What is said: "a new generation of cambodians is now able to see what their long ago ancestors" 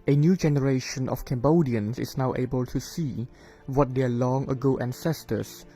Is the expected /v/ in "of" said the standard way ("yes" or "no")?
no